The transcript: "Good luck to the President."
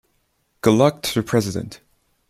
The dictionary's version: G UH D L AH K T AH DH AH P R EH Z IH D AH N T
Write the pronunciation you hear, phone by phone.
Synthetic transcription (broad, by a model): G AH L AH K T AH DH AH P R EH Z IH D AH N T